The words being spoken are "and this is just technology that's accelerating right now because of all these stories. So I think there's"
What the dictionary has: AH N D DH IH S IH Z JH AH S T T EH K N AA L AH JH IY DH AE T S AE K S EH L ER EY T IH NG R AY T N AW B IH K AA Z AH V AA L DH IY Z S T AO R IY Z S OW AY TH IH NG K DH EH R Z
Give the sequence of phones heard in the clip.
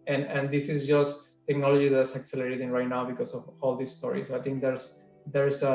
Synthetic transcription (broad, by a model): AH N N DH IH S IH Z JH AH S T T EH K N AA L AH JH IY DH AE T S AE K S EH L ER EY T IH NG R AY T N AW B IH K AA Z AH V AA L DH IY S S T AO R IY S OW AY T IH NG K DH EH R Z